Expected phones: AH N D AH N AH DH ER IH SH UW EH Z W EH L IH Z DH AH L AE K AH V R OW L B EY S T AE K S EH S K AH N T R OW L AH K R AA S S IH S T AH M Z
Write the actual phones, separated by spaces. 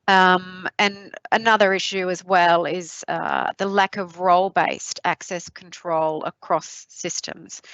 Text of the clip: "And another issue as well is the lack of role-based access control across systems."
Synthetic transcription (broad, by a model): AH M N AH N AH DH ER IH SH UW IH Z W EH L IH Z DH AH L AE K AH V R OW L B EY S T AE K S EH S K N T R OW L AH K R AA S S IH S T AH M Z